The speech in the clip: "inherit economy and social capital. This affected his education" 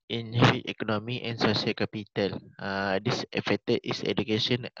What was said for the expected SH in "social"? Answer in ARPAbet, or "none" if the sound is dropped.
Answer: S